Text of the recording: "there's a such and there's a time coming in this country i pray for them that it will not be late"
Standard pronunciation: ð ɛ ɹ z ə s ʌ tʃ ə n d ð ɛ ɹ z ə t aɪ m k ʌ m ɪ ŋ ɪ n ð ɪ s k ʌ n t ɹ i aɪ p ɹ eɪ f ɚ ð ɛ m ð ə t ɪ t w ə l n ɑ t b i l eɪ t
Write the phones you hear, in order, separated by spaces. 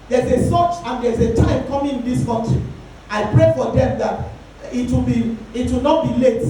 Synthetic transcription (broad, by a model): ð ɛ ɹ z ə s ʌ tʃ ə n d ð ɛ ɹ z ə t aɪ m k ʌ m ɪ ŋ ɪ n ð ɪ s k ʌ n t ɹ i aɪ p ɹ eɪ f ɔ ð ɛ m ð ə t ɪ t w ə w n ɑ t b i l eɪ t